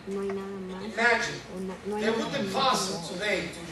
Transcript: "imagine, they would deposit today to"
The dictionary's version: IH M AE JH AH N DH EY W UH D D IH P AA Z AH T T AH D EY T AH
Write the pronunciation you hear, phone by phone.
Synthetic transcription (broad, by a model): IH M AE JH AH N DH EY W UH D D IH F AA S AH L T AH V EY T